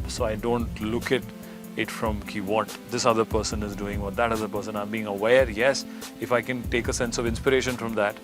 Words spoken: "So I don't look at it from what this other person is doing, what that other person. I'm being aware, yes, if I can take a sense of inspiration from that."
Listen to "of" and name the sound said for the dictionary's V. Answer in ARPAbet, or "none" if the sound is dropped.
V